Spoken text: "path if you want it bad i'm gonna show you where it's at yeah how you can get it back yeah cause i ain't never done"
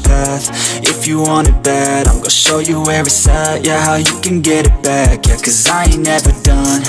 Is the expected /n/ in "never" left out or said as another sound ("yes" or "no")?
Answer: no